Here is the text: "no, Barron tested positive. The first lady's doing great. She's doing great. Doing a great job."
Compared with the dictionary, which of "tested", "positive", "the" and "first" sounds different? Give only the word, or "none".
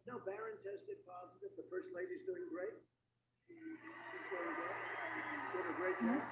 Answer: none